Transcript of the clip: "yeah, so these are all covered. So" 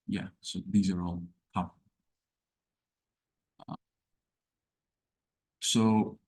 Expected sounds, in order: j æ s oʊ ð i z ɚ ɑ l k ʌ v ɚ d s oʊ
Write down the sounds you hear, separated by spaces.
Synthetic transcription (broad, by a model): j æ s oʊ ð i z ɚ ɑ l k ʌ f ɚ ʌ s oʊ